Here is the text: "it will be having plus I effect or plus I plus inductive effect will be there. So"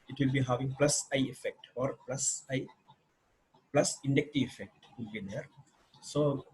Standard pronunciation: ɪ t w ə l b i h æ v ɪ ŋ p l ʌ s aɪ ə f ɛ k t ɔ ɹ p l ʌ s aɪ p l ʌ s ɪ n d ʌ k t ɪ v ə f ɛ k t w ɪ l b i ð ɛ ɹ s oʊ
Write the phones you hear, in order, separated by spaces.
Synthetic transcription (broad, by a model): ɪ t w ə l b i h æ v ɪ ŋ p l ʌ s aɪ ə f ɛ k t ɔ ɹ p l ʌ s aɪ p l ʌ s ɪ n d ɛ k t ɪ ə f ɛ k t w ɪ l b i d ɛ ɹ s oʊ